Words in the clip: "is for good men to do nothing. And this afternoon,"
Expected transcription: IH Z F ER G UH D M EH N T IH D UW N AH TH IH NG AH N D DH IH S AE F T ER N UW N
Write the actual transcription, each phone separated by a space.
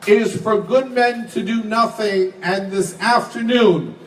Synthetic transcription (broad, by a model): IH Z F ER G UH D M EH N T IH D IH N AH TH IH NG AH N DH IH S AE F T ER N UW N